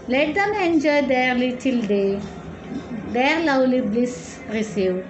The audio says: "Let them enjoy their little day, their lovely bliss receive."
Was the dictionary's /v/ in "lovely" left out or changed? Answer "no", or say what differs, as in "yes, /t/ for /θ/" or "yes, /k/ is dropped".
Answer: yes, /w/ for /v/